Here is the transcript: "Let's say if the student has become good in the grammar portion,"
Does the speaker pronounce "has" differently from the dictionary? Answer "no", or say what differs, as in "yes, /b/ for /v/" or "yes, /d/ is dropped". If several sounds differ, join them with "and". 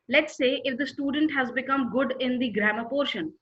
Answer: no